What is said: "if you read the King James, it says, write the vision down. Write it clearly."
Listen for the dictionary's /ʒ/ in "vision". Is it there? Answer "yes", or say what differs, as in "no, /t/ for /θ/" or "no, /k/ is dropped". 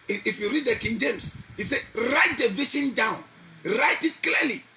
no, /ʃ/ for /ʒ/